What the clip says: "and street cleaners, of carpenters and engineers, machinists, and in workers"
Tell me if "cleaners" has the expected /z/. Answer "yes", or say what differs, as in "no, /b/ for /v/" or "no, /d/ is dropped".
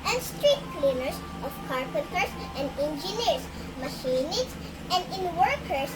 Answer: no, /s/ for /z/